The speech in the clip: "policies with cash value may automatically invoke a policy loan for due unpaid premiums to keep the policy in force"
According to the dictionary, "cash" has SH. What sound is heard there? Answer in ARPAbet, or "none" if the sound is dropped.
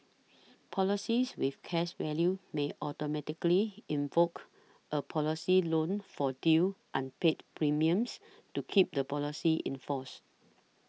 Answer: S